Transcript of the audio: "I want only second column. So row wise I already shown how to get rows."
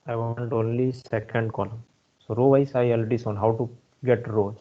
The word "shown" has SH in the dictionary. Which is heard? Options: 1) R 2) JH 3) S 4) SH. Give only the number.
3